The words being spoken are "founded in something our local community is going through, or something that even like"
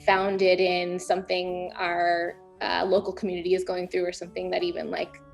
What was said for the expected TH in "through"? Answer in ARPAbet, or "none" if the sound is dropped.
TH